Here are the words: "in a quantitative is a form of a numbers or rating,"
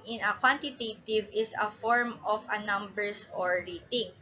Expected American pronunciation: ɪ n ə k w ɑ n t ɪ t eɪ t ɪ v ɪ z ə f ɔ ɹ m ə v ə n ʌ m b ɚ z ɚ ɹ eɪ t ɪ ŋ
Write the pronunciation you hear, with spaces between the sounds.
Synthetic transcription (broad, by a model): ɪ n ə k w ɑ n t ɪ t eɪ t ɪ v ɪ s ə f ɔ ɹ m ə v ə n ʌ m b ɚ s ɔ ɹ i t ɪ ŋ